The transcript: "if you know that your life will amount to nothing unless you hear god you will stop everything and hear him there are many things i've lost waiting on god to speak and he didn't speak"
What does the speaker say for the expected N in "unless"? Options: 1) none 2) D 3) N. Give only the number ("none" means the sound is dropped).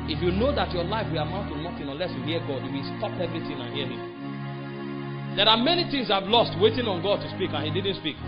1